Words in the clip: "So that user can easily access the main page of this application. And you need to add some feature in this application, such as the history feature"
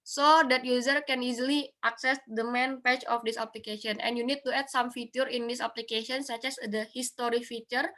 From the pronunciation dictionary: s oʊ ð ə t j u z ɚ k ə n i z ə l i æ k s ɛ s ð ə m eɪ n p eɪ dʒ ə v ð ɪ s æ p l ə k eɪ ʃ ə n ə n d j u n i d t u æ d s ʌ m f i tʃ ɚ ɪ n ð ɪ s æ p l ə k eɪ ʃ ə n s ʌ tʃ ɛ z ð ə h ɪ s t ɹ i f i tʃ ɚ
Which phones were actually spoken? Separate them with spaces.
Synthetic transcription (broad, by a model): s oʊ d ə t j u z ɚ k ə n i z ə l i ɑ k s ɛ s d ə m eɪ n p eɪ tʃ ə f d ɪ s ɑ p l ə k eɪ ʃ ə n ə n j u n i d t u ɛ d s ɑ m f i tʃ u ɪ n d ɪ s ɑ p l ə k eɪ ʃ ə n s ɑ tʃ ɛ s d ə h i s t ɹ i f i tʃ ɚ